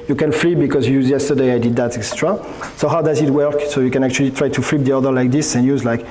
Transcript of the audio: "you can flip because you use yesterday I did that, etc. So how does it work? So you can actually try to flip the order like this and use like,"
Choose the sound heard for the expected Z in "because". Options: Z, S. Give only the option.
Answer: Z